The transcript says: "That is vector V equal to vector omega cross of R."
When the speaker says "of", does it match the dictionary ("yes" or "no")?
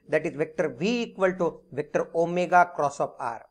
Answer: no